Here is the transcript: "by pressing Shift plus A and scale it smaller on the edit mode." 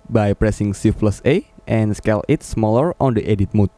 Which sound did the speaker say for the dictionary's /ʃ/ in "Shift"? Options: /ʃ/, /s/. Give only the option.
/s/